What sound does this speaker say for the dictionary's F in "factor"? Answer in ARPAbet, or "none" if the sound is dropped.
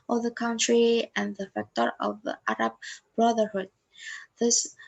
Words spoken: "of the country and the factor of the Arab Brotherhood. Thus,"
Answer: F